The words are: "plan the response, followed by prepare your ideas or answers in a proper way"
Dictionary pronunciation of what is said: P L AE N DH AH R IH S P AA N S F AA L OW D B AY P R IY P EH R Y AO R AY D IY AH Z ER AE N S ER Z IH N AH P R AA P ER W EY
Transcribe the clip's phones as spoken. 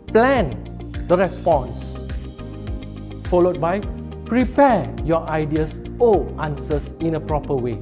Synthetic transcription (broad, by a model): P L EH N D AH R IH S P AA N S F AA L OW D B AY P R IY P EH Y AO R AY D IY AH S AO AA N S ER S IH N AH P R AA P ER W EY